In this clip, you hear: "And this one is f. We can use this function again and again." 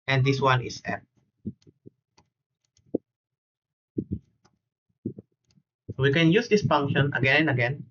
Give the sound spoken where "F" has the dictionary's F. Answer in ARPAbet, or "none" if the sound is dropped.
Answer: P